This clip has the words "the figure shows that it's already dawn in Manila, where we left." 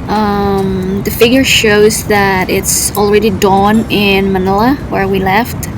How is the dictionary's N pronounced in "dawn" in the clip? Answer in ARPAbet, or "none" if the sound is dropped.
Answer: N